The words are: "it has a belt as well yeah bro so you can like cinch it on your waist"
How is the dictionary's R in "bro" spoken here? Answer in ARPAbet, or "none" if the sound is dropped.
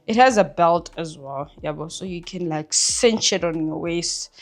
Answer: none